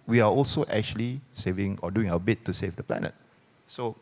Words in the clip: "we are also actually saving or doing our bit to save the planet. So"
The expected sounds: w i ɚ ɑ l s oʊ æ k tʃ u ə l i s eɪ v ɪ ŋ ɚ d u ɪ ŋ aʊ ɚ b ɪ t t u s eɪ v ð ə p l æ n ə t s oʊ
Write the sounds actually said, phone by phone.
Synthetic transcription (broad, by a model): w i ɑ ɑ l s oʊ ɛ k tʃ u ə l i s eɪ v ɪ ŋ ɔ d u ɪ ŋ aʊ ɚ b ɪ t t u s eɪ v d ə p l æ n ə t s oʊ